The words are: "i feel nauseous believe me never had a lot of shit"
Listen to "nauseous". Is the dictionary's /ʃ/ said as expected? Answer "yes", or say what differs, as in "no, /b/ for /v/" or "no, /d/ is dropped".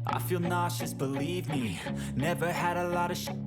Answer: yes